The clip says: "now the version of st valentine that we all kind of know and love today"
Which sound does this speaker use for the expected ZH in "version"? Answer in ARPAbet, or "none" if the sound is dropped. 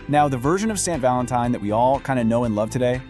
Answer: ZH